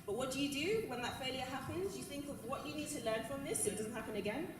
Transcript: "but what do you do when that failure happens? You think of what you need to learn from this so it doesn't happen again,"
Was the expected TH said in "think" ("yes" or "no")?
yes